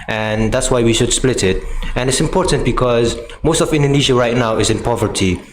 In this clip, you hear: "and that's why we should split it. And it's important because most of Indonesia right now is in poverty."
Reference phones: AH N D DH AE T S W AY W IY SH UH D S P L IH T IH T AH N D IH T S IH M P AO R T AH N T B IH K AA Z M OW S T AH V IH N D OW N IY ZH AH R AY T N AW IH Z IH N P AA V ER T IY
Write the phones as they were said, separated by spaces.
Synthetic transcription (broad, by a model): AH N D DH AE T S W AY W IY SH UH D S P L IH T IH T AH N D IH T S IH M P AO R T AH N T B IH K AA Z M OW S T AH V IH N D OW N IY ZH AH R AY T N AW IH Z IH N P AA V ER T IY